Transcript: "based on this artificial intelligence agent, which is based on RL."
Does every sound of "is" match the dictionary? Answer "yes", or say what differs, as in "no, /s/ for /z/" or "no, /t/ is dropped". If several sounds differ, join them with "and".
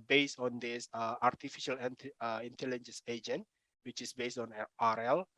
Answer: no, /s/ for /z/